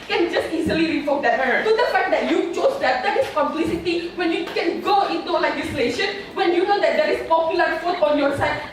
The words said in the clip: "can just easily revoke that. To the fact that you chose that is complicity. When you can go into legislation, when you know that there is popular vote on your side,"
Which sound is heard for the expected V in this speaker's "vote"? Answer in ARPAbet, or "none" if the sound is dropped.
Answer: F